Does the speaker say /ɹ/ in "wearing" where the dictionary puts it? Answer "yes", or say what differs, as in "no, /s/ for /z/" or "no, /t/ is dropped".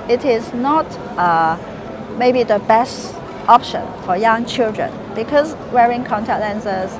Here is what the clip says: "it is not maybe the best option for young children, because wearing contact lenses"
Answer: yes